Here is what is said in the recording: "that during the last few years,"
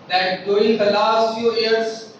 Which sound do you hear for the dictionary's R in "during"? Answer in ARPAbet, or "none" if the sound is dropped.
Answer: none